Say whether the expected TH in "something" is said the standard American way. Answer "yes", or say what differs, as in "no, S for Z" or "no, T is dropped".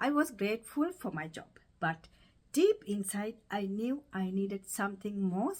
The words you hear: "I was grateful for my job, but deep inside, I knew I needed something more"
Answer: no, T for TH